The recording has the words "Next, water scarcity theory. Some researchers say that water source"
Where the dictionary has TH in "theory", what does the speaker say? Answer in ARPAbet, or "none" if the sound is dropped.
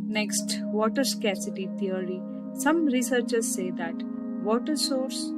T